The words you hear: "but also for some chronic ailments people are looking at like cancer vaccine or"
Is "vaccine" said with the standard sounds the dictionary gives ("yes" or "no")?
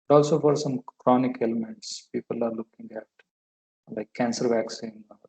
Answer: yes